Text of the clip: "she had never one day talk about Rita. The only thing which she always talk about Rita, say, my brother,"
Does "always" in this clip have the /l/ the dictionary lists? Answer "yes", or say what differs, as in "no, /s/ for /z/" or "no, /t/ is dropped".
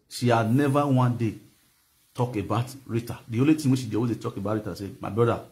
no, /l/ is dropped